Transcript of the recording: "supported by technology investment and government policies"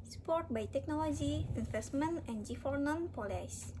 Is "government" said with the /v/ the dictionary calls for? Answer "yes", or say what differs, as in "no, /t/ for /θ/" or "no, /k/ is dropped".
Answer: no, /f/ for /v/